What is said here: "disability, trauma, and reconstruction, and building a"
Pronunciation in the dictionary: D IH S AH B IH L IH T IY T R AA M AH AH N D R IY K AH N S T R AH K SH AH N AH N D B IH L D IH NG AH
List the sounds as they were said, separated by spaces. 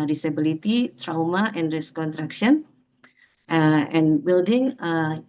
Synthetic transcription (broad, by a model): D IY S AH B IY L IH T IY T R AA M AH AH N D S K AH N T R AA K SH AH N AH N B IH L D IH NG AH